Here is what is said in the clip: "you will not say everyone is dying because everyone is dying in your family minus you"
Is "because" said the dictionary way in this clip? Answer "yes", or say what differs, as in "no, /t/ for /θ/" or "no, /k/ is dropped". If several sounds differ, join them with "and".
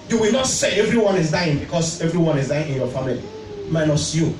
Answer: no, /s/ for /z/